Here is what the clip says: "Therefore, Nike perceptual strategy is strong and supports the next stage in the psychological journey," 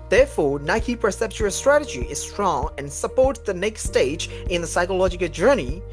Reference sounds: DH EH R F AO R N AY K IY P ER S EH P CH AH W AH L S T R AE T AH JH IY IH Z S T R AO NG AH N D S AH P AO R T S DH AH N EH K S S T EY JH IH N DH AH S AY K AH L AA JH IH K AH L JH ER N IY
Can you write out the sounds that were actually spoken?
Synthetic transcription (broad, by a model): DH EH R F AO R N AY K IY P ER S EH P CH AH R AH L S T R AE T AH JH IY IH Z S T R AO NG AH N S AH P AO R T DH AH N EH K S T T EY JH IH N DH AH S AY K AH L AA JH IH K AH L JH ER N IY